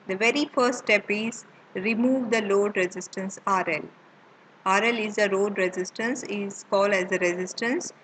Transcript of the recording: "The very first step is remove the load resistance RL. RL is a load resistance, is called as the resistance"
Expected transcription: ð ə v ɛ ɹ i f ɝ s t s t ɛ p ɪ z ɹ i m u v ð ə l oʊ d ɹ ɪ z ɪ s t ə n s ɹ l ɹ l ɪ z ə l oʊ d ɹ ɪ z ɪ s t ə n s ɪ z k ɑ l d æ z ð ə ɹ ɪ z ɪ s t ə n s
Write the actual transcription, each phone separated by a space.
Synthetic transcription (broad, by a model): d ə v ɛ ɹ i f ɝ s t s t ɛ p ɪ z ɹ i m u v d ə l oʊ d ɹ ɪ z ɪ s t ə n s ɹ l ɹ l ɪ z ə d oʊ d ɹ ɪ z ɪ s t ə n s ɪ z k ɑ l d æ z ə ɹ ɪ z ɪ s t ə n s